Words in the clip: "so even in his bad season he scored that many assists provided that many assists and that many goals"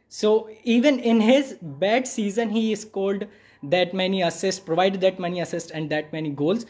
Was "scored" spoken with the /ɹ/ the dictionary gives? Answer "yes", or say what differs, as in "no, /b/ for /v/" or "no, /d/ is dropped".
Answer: no, /l/ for /ɹ/